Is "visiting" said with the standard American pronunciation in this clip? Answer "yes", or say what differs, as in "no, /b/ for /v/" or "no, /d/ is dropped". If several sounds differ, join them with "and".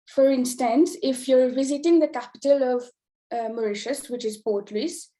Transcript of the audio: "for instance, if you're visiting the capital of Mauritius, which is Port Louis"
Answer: yes